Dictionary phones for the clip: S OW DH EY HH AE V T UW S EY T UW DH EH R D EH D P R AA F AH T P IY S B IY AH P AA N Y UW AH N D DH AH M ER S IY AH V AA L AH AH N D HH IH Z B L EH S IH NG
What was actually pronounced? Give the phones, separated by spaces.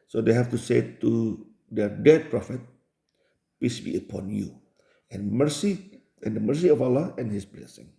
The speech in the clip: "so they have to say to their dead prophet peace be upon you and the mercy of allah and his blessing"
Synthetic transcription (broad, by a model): S OW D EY HH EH F T UW S EY T UW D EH D EH D P R AA F AH T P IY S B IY AH P AA N Y UW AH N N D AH M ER S IY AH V AA L AH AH N HH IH S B L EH S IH NG